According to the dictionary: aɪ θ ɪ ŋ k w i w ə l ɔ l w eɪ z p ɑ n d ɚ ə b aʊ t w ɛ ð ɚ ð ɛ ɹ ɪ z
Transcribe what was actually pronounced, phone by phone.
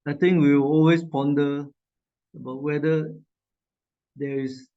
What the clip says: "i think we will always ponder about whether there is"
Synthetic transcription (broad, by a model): aɪ t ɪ ŋ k w i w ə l ɔ l w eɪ s p ɑ n d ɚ ə b aʊ t w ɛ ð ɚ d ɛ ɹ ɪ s